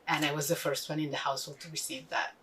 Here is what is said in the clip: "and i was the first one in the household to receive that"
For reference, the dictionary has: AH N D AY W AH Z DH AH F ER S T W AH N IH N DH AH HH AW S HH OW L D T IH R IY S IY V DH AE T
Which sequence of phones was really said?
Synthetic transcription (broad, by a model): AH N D AY W AH Z DH AH F ER S T W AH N IH N DH AH HH AW S HH OW L D T IH R IY S IY V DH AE T